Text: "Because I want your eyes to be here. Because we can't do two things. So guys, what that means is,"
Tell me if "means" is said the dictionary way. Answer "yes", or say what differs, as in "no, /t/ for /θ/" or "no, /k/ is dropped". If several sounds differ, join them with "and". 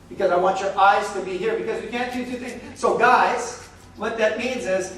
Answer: yes